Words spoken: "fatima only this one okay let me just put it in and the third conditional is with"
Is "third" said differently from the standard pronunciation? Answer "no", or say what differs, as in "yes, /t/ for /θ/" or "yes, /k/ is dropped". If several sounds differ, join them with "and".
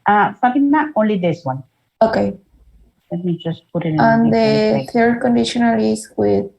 yes, /t/ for /θ/